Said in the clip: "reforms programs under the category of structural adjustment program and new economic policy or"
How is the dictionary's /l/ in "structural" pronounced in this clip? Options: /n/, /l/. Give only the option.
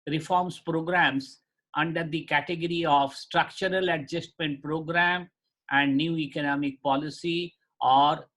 /l/